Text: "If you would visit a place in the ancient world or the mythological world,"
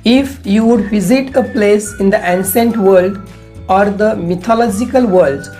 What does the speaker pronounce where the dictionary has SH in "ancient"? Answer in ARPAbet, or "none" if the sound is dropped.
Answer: S